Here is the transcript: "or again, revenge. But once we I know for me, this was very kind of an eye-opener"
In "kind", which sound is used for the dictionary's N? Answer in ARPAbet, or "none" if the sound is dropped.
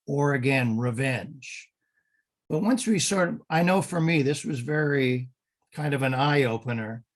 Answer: N